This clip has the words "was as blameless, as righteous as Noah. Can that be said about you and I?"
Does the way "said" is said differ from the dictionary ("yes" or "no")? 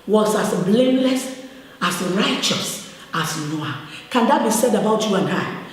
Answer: no